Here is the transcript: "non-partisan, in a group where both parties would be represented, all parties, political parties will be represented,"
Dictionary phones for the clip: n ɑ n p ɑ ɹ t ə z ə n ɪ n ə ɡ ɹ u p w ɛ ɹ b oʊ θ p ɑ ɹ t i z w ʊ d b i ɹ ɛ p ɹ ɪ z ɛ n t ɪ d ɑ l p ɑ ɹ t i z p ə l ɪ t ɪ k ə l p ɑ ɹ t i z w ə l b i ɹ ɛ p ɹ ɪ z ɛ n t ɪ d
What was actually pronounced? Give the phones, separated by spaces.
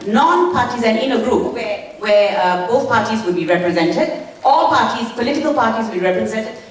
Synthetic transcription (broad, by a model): n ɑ n p ɑ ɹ t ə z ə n ɪ n ə ɡ ɹ u p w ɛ w b oʊ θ p ɑ ɹ t i z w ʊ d b i ɹ ɛ p ɹ ɪ z ɛ n t ɪ d ɑ l p ɑ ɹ t i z p ə l ɪ t ɪ k ə l p ɑ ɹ t i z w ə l b i ɹ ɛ p ɹ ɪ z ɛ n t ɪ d